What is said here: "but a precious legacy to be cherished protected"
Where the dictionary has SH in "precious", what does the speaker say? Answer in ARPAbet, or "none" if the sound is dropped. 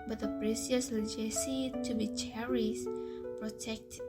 S